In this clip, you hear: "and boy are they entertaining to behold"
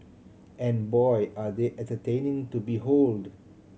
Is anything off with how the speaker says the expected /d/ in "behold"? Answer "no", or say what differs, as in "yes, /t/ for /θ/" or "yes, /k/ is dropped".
no